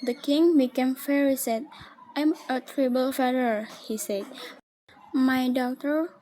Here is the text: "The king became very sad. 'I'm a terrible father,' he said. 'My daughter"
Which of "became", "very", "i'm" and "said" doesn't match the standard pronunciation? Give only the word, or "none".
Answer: very